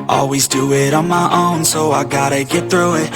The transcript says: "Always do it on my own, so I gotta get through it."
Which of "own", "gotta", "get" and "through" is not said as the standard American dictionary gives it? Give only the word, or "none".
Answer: none